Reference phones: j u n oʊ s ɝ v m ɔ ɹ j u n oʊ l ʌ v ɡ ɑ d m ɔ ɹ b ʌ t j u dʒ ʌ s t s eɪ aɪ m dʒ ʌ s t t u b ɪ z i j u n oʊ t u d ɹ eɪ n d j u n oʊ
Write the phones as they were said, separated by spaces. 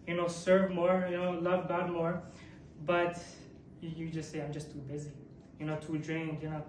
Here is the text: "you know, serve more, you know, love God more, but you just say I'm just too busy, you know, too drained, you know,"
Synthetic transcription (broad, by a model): j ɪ n oʊ s ɝ v m ɔ ɹ j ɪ n oʊ l ʌ v ɡ ɑ d m ɔ ɹ b ʌ t j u dʒ ʌ s t s eɪ aɪ m dʒ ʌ s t t u b ɪ z i j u n oʊ t u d ɹ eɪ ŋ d j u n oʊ